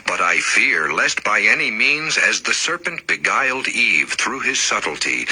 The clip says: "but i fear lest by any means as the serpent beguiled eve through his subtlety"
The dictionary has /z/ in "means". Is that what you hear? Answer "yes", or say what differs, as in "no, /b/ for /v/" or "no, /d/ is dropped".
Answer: yes